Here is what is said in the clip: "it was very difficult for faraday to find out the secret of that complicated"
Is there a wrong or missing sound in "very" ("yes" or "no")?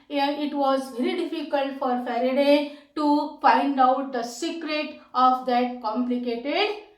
no